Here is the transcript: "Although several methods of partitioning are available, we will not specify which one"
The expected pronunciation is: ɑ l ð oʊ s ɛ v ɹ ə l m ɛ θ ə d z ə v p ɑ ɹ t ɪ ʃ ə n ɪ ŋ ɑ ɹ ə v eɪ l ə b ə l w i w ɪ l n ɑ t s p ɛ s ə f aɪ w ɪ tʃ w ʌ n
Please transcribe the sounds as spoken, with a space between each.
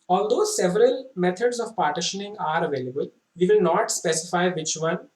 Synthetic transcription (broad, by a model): ɑ l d oʊ s ɛ v ɹ ə l m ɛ t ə d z ə v p ɑ ɹ t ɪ ʃ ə n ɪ ŋ ɑ ɹ ə v eɪ l ə b ə l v i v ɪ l n ɑ t s p ɛ s ə f aɪ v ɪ tʃ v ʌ n